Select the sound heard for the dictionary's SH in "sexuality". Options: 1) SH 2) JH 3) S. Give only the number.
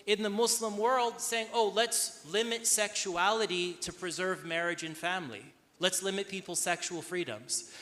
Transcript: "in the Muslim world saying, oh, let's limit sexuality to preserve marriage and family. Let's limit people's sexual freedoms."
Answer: 1